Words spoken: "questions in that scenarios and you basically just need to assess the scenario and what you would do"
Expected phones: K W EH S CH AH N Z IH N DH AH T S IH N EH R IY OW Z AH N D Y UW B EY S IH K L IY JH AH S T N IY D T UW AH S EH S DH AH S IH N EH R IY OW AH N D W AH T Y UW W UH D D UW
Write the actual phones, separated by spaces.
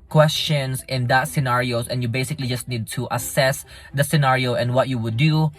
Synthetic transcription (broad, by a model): K W EH S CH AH N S IH N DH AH T S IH N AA R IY OW S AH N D Y UW B EY S IH K L IY JH AH S T N IY D T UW AH S EH S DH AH S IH N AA R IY OW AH N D W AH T Y UW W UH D D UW